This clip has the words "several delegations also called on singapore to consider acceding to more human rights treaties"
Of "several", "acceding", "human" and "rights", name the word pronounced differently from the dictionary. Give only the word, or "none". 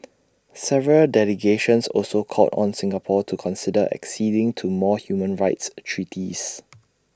none